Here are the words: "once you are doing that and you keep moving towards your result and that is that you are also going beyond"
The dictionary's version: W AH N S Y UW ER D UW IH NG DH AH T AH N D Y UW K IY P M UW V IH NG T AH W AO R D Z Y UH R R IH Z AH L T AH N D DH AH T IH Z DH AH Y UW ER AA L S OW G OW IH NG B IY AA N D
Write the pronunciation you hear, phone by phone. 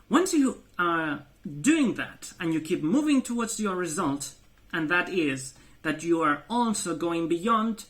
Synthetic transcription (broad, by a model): W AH N S Y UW ER D UW IH NG DH AH T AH N Y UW K IY P M UW V IH NG T AH W AO R D Z Y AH R R IH Z AH L T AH N DH AH T IH Z DH AH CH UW ER AA L S OW G OW IH NG B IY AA N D